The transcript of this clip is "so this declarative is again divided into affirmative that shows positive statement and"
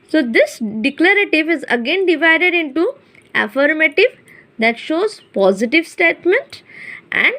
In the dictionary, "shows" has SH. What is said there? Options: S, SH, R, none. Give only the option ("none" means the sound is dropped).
SH